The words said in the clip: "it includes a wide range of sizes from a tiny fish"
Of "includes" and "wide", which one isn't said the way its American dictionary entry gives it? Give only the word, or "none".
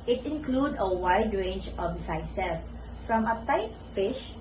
includes